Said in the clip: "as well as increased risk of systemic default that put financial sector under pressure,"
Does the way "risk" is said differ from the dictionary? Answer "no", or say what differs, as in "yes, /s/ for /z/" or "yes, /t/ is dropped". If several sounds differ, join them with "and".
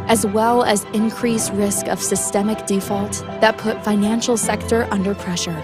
no